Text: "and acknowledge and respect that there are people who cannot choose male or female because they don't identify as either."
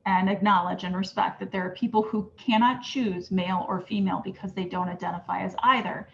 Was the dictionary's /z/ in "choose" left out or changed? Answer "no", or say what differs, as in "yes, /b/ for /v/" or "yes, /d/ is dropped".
no